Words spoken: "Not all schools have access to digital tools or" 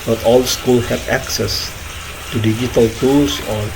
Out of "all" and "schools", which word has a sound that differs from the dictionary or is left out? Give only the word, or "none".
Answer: schools